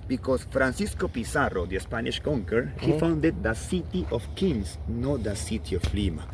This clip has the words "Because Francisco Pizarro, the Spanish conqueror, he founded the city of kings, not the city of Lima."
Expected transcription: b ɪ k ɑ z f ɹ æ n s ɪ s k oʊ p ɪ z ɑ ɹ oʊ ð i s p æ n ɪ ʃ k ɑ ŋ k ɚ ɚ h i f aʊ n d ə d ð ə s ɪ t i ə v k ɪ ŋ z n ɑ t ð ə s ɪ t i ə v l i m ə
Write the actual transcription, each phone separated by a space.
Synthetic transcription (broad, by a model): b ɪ k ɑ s f ɹ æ n s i s k oʊ p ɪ s ɑ ɹ oʊ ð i s p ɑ n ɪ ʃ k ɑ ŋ k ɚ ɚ h i f aʊ n d ə d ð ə s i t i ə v k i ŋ s n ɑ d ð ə s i t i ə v l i m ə